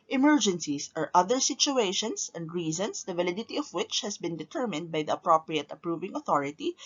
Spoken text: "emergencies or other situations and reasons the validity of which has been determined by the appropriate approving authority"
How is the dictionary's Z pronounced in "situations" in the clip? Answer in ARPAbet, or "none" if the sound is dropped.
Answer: S